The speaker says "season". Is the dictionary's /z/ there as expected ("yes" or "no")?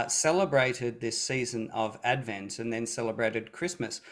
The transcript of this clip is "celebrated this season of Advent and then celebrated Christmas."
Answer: yes